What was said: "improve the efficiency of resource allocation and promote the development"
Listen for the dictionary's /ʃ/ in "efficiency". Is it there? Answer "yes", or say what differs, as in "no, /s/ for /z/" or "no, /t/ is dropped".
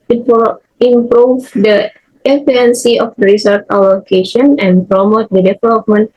no, /ʃ/ is dropped